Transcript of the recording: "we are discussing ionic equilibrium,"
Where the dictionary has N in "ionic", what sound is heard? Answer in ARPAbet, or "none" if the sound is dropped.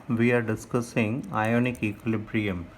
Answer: N